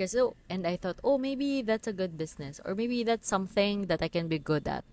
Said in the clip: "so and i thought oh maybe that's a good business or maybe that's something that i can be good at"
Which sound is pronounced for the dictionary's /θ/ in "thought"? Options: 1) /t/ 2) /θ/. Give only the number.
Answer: 2